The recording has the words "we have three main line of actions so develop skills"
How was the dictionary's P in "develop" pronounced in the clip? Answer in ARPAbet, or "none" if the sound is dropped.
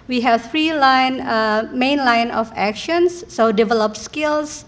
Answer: P